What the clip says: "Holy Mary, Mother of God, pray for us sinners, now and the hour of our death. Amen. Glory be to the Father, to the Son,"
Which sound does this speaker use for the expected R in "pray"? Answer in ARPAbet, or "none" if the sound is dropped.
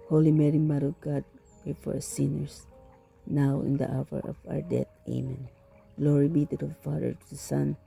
none